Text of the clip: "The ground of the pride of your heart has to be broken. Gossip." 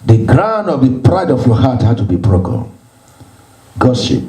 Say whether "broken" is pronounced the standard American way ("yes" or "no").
no